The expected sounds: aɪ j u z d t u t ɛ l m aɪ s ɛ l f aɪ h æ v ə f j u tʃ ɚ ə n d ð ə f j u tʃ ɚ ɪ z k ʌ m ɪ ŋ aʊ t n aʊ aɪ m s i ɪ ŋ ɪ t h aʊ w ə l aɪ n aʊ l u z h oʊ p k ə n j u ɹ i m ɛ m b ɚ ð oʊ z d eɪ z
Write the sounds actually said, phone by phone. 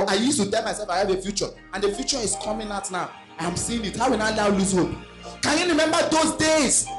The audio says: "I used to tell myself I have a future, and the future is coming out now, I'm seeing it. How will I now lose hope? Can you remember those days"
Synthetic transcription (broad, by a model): aɪ j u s t u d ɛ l m aɪ s ɛ l f aɪ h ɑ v ə f j u tʃ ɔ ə n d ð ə f j u tʃ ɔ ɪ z k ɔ m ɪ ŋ aʊ t n aʊ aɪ m s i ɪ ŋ ɪ t h aʊ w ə n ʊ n aʊ l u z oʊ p k ə n j u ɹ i m ɛ m b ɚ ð oʊ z d eɪ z